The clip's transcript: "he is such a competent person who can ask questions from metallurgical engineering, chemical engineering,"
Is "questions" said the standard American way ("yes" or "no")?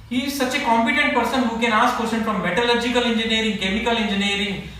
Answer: no